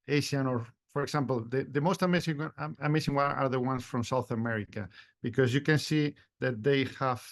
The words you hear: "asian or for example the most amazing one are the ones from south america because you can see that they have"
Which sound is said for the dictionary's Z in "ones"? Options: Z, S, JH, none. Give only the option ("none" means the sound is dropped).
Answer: S